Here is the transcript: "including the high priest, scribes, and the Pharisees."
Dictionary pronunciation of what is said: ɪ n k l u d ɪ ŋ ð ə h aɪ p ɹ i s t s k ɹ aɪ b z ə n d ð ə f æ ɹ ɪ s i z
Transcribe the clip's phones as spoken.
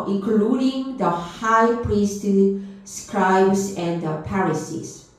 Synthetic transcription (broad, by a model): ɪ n k l u d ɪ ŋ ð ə h aɪ p ɹ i s t s k ɹ aɪ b s ə n d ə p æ ɹ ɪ s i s